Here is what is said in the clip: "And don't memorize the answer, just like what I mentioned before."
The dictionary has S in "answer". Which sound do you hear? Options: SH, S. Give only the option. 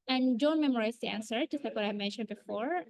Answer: S